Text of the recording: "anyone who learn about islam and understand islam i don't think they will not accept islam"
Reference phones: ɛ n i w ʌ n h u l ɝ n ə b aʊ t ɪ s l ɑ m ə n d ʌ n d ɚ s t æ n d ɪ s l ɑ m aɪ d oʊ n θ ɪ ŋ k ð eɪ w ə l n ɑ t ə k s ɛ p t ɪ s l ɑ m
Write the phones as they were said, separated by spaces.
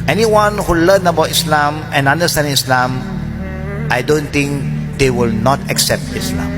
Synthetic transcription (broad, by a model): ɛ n i w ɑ n h u l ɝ n ə b aʊ t ɪ s l ɑ m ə n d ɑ n d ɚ s t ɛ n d ɪ s l ɑ m aɪ d oʊ n t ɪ ŋ k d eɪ w ə l n ɑ t ə k s ɛ p t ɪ s l ɑ m